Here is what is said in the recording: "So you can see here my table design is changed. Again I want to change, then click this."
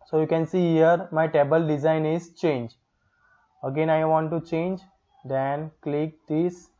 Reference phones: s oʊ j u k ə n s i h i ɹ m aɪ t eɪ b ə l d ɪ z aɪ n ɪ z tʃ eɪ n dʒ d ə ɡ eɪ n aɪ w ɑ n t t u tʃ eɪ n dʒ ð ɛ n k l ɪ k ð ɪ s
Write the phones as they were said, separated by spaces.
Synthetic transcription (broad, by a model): s oʊ j u k ə n s i h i ɹ m aɪ t eɪ b ə l d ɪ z aɪ n ɪ z tʃ eɪ n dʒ ə ɡ eɪ n aɪ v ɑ n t t u tʃ eɪ n dʒ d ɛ n k l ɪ k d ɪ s